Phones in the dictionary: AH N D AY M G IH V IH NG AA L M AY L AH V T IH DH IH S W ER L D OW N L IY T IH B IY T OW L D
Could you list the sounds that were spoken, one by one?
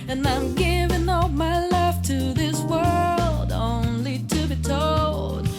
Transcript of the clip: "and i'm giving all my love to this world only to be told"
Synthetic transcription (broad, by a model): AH N AY M G IH V IH NG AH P M AY L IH F T IH DH IH S W ER L D OW N L IY T IH B IY T OW L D